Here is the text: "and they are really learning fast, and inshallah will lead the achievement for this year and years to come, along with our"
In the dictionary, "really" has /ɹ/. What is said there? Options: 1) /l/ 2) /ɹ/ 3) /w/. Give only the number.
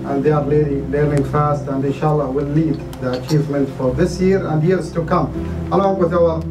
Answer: 1